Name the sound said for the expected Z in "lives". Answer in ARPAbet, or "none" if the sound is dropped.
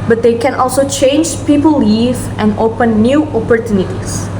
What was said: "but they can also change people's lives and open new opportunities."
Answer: none